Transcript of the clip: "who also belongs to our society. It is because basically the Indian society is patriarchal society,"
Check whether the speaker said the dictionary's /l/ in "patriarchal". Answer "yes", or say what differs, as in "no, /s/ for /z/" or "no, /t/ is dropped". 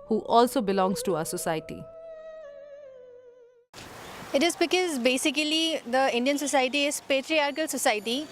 yes